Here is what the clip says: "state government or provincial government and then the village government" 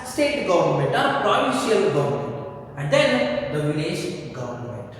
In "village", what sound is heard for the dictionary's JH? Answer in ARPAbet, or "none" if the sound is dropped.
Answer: SH